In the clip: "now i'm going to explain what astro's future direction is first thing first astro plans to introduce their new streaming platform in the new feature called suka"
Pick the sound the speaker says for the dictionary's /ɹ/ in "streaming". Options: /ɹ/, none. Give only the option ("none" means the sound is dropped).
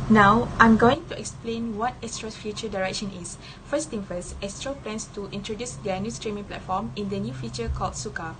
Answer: /ɹ/